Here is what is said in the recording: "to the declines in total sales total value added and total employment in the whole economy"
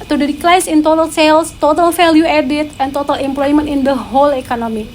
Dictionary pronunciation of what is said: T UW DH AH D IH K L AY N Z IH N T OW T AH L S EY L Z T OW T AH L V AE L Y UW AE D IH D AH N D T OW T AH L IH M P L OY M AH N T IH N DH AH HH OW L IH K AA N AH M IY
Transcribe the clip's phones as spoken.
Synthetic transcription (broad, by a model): T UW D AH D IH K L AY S IH N T OW T AH L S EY L S T OW T AH L F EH L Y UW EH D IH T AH N T OW T AH L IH M P L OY M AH N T IH N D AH HH OW L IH K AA N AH M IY